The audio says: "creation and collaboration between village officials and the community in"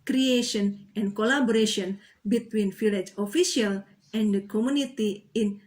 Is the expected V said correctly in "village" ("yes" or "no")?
no